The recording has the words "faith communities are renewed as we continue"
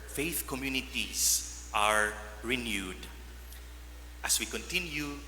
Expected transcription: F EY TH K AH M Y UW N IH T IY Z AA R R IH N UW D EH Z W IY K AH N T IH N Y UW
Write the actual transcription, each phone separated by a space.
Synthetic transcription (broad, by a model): F EY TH K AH M Y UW N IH T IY S AA R R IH N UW D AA S W IY K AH N T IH N Y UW